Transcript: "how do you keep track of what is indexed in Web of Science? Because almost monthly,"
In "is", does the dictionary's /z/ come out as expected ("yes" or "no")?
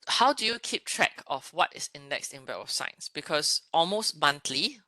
no